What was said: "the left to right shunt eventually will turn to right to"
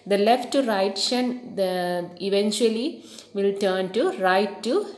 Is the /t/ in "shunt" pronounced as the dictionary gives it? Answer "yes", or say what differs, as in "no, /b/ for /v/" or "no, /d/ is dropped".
no, /t/ is dropped